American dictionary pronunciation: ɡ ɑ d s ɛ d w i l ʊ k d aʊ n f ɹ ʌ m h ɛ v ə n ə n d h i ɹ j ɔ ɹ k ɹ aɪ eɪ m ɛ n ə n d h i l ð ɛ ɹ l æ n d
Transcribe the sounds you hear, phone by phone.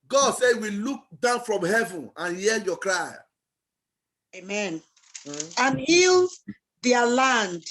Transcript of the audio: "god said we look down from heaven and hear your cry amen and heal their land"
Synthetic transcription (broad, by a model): ɡ ɑ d s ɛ w i l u k d aʊ n f ɹ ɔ m h ɛ v ə n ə n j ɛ l j ɔ k ɹ aɪ eɪ m ɛ n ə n h i l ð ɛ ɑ l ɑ n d